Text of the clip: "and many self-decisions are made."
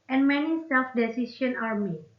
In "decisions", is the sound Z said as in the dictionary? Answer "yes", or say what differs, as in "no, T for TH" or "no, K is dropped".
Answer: no, Z is dropped